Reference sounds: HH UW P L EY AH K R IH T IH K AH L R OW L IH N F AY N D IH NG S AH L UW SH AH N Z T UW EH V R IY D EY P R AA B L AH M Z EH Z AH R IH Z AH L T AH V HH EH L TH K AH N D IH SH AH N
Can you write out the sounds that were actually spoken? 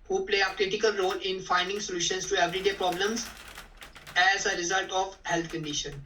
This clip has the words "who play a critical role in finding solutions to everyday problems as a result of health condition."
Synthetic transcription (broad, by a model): HH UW P L EY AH K R IH T IH K AH L R OW L IH N F AY N D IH NG S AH L UW SH AH N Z T UW EH V R IY D EY P R AA B L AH M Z EH Z AH R IH Z AH L T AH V HH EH L T K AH N D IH SH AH N